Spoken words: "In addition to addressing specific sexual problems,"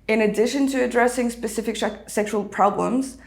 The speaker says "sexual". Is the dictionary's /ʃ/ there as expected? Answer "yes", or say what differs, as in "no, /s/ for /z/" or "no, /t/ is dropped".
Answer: yes